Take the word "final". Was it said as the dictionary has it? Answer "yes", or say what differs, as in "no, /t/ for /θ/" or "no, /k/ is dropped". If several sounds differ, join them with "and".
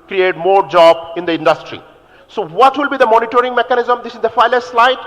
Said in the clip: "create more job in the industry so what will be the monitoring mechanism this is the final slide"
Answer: no, /l/ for /n/